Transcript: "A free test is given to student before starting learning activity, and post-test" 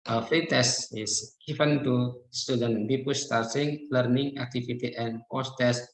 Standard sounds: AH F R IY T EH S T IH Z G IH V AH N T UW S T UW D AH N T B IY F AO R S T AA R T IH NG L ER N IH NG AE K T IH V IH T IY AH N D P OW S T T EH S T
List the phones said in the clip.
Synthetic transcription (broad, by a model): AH F R IY T EH S T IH S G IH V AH N T UW S T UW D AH N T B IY P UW S T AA R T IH NG L ER N IH NG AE K T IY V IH T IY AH N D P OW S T T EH S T